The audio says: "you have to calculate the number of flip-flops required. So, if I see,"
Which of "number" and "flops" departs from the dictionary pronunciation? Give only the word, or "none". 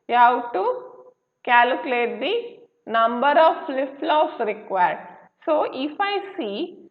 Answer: flops